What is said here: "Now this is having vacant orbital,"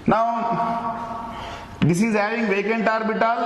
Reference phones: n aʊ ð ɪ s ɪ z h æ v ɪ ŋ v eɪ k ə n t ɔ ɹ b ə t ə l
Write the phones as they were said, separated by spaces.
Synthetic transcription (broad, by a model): n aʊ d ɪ s ɪ z h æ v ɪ ŋ v eɪ k ə n t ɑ ɹ b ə t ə l